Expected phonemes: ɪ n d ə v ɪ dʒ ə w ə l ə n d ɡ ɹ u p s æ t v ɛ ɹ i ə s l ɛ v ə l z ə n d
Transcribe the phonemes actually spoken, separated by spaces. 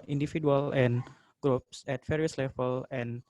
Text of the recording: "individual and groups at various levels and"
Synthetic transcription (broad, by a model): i n d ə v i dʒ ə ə l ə n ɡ ɹ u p s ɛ t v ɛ ɹ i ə s l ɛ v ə l ə n